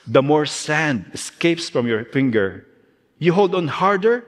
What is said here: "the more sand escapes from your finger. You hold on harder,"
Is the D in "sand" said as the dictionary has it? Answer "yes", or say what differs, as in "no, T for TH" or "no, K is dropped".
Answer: yes